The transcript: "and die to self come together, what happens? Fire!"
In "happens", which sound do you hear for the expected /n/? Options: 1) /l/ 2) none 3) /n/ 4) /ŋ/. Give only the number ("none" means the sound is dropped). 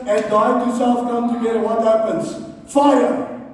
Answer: 3